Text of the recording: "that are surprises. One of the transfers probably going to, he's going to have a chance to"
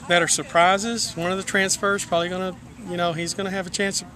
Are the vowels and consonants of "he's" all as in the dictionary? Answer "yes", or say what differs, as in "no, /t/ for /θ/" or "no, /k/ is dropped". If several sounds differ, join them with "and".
yes